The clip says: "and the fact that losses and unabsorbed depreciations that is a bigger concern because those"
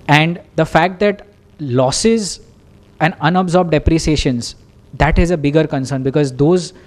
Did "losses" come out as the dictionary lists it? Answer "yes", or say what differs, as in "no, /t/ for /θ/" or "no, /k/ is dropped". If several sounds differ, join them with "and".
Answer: yes